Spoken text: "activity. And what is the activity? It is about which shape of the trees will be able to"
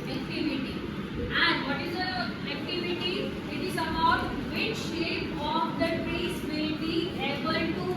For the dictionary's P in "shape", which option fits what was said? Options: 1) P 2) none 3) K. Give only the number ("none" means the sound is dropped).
2